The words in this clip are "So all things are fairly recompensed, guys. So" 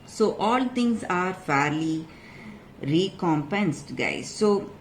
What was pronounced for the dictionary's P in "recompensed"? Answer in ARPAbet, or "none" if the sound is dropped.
P